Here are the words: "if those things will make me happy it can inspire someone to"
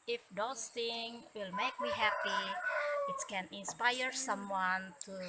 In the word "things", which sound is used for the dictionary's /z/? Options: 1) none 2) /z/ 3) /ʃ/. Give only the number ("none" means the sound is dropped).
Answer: 1